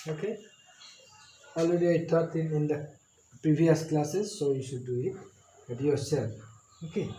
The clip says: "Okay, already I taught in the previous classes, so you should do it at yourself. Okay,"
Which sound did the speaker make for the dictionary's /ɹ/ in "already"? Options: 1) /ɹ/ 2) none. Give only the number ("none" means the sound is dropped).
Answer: 2